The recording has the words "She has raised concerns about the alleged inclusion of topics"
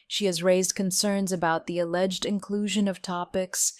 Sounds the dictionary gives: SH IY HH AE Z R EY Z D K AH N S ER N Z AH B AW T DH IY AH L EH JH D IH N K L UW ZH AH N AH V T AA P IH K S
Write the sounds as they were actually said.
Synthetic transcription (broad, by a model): SH IY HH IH Z R EY Z D K AH N S ER N Z AH B AW T DH IY AH L EH JH D IH N K L UW ZH AH N AH V T AA P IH K S